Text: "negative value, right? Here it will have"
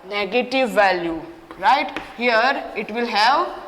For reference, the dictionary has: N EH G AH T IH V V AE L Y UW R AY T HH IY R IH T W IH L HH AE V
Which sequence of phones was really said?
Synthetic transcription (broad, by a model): N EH G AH T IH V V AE L Y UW R AY T HH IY R IH T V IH L HH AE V